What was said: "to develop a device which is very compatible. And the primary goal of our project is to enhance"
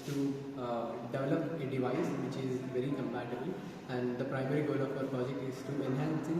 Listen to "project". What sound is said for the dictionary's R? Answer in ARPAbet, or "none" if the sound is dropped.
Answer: none